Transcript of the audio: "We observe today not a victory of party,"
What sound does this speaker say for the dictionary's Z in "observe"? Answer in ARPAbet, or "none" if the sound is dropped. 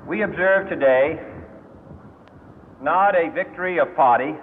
Z